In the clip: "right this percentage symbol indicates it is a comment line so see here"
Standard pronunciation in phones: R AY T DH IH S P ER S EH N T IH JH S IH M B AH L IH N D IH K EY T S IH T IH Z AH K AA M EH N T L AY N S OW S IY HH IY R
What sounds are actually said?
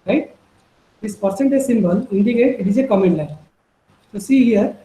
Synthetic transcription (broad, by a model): R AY T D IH S P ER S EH N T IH Z S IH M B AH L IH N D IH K EY T IH T IH Z AH K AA M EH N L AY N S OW S IY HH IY R